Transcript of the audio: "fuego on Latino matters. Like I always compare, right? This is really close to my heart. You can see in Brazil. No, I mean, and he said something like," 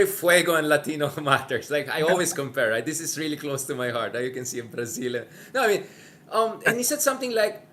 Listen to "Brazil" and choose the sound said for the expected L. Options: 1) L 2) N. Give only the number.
2